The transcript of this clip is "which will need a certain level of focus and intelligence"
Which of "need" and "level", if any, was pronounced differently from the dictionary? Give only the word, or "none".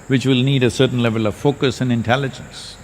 none